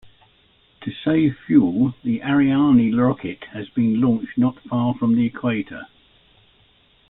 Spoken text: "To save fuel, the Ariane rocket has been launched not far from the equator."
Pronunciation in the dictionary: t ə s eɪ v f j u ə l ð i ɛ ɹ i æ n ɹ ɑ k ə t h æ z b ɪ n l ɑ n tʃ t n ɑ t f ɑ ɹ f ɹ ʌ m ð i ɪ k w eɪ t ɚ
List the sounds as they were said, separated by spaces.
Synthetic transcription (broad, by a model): t ə s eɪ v f j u l ð i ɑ ɹ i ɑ n l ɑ k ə t h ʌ z b ɪ n l ɑ n tʃ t n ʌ t f ɑ f ɹ ʌ m ð i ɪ k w eɪ t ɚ